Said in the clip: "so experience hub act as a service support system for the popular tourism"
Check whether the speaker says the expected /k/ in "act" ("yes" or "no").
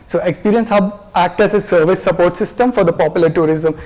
yes